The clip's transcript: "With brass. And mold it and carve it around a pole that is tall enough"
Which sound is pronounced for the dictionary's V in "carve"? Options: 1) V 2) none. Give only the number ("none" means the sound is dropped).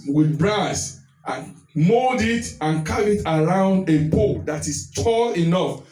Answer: 2